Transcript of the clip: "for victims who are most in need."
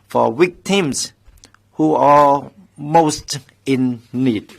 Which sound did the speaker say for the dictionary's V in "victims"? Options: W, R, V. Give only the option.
W